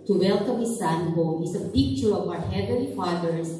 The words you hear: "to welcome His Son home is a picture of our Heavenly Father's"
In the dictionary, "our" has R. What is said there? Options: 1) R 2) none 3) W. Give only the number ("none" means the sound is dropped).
3